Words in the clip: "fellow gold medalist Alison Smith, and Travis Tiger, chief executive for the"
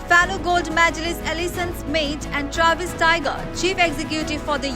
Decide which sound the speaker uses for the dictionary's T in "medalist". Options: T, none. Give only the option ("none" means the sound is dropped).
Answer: none